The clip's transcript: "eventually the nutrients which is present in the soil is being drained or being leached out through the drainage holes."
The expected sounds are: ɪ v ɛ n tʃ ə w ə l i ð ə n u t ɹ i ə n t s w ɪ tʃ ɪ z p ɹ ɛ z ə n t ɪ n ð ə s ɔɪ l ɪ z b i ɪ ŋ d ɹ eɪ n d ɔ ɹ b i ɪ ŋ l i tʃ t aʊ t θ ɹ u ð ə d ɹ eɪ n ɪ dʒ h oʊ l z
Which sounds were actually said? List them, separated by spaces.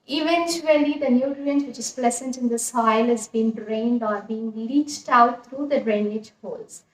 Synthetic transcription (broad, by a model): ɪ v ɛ n tʃ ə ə l i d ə n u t ɹ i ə n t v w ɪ tʃ ɪ z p l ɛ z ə n t ɪ n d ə s ɔɪ l ɪ z b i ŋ d ɹ eɪ n d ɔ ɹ b i ɪ ŋ l i tʃ t aʊ t t ɹ u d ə d ɹ eɪ n ɪ dʒ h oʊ l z